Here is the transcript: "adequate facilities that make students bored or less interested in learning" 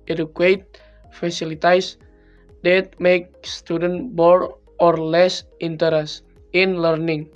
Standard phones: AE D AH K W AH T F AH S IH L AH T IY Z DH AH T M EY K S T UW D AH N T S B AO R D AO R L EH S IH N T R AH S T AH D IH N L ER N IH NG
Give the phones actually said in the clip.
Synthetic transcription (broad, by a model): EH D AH K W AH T F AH S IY L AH T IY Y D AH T M EY K S T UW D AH N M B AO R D AO R L EH S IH N T AH T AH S IH N L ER N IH NG